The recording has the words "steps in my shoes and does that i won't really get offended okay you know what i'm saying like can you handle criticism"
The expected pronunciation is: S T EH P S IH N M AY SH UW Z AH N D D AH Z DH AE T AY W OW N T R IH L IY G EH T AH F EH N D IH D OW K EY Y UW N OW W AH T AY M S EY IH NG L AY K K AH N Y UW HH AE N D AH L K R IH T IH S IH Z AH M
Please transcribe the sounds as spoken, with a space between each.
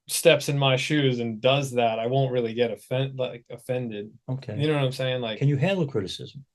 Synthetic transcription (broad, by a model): S T EH P S IH N M AY SH UW Z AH N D D AH Z DH AE T AY W OW N T R IH L IY G EH T AH F EH N D IH D OW K EY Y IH N OW W AH T AY M S EY IH NG L AY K K AH N Y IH HH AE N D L K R IH T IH S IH Z M